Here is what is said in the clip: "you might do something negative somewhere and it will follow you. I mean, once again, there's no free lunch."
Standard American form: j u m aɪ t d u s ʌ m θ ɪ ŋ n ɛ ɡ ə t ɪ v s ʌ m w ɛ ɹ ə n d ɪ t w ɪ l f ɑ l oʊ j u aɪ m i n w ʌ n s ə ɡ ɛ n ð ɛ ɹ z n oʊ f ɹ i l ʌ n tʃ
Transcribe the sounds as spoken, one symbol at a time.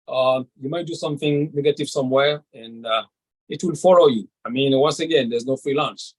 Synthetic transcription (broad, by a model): j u m aɪ t d u s ʌ m θ ɪ ŋ n ɛ ɡ ə t ɪ v s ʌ m w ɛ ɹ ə n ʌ ɪ t w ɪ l f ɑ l oʊ j u aɪ m i n w ʌ n s ə ɡ ɛ n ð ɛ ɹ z n oʊ f ɹ i l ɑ n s